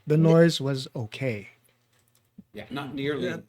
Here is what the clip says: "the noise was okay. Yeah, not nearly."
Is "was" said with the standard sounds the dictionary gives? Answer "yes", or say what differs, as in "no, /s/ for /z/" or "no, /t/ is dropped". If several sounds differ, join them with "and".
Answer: yes